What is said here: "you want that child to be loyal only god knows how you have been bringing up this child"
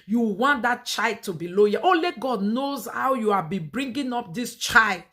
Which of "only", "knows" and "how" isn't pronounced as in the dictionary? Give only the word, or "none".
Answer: only